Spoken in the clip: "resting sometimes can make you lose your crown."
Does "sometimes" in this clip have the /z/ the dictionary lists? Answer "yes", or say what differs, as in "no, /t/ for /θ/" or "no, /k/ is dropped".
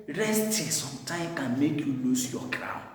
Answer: no, /z/ is dropped